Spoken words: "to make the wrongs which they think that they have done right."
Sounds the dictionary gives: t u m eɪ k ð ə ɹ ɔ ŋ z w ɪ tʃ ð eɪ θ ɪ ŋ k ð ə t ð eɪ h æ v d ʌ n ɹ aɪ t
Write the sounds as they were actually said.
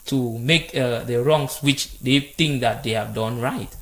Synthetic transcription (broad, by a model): t u m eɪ k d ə ɹ ɔ ŋ s w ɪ tʃ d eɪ t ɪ ŋ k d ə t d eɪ h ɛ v d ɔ n ɹ aɪ t